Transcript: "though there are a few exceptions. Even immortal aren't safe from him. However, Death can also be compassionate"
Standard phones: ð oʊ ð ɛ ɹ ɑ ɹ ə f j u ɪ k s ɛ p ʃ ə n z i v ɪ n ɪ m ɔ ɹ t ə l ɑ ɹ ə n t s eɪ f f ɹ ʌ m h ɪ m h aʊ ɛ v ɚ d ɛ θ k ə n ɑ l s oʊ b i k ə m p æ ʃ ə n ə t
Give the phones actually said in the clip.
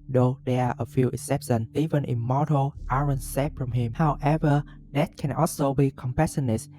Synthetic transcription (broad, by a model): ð oʊ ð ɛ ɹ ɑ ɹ ə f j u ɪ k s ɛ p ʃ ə n i v ɪ n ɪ m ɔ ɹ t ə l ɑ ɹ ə n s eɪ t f ɹ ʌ m h ɪ m h aʊ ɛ v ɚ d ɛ t k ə n ɑ l s oʊ b i k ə m p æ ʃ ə n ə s